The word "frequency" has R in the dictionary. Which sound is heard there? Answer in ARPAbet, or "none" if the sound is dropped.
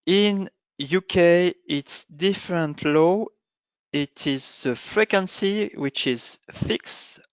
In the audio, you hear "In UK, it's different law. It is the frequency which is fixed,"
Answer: R